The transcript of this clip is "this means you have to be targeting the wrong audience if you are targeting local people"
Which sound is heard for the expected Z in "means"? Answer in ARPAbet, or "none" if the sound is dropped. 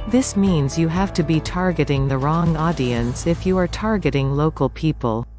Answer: Z